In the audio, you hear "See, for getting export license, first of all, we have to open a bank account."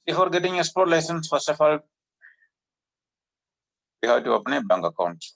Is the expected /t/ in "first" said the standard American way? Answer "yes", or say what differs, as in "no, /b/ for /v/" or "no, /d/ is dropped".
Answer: no, /t/ is dropped